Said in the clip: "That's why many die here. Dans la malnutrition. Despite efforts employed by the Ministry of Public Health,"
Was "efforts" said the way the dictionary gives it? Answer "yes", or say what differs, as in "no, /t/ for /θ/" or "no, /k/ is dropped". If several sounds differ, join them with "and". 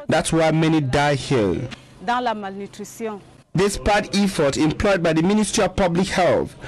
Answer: no, /s/ is dropped